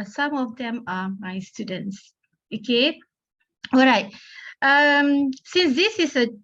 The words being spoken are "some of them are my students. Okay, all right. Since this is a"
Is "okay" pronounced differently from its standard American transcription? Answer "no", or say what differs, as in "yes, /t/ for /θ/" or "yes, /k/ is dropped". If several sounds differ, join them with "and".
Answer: no